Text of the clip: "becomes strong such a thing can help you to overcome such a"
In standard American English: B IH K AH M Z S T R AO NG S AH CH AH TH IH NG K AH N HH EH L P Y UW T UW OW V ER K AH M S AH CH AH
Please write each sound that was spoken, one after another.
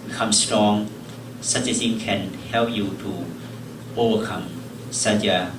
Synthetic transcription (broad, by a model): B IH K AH M S T R AO NG S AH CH AH S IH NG K AH N HH EH L P Y UW T UW OW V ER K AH M S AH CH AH